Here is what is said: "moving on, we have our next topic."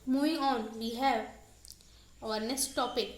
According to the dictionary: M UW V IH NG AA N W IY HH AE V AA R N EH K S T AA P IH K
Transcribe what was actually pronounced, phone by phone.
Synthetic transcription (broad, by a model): M UW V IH NG AA N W IY HH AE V AA R N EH S T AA P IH K